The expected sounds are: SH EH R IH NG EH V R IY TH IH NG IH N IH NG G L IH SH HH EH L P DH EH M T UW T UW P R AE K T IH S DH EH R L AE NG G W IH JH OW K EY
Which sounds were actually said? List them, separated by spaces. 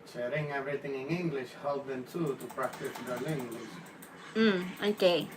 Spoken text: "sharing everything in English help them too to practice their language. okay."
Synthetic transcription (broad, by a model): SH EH R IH NG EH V R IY T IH NG IH N IH NG G L IH SH HH EH L P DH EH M T UW T UW P R AE K T IH S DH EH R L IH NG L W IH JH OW K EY